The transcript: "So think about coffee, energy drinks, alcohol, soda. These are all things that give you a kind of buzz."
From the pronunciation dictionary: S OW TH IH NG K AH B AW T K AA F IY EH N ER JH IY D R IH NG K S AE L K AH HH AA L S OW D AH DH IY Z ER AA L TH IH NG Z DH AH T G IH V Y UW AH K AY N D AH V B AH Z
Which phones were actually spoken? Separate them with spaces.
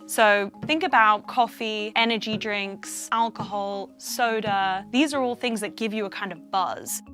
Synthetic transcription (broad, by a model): S OW TH IH NG K AH B AW T K AA F IY EH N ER JH IY D R IH NG K S AE L K AH HH AA L S OW D AH DH IY Z ER AA L TH IH NG Z DH AH T G IH V Y AH K AY N D AH V B AH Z